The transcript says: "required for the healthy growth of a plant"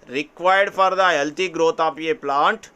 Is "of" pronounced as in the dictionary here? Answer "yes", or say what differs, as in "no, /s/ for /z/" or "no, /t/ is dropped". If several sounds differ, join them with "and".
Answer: no, /p/ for /v/